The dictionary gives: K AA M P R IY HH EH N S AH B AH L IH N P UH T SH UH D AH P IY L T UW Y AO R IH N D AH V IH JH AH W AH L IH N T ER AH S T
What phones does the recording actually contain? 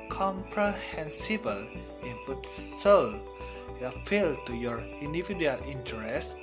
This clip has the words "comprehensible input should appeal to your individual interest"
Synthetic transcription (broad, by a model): K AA M P R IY HH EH N S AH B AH L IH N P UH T S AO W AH F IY L T UW Y AO R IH N D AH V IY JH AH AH L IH N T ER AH S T